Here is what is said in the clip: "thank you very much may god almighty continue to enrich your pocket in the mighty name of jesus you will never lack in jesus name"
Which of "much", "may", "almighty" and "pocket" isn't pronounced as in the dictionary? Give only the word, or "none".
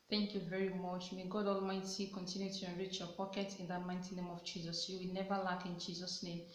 none